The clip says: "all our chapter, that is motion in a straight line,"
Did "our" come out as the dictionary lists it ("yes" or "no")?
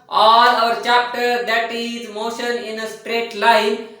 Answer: yes